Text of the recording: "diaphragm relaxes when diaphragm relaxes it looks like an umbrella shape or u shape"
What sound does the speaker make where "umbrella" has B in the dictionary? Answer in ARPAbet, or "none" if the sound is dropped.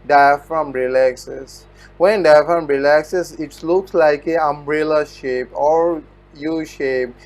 B